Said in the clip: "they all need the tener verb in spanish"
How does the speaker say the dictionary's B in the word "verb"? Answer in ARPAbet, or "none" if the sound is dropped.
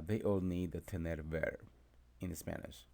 none